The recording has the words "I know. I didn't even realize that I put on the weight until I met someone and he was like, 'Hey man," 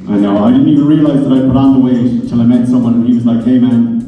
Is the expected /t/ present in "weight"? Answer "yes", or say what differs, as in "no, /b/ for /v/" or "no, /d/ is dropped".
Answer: no, /t/ is dropped